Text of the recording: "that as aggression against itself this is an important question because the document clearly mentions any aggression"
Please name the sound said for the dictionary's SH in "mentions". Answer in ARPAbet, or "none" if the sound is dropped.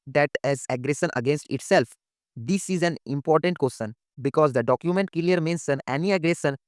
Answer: S